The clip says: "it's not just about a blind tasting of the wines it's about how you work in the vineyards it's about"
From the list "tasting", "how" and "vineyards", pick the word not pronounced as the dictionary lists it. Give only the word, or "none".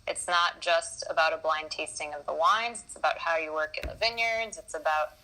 none